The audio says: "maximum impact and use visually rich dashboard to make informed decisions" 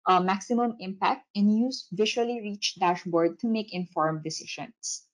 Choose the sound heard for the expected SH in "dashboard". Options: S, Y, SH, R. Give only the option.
SH